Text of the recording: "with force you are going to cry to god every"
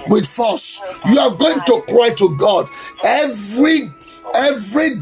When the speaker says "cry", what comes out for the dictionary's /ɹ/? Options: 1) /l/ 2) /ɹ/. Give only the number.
2